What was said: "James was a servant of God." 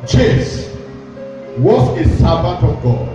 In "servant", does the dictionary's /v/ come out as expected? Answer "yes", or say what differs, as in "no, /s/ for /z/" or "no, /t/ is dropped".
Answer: no, /b/ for /v/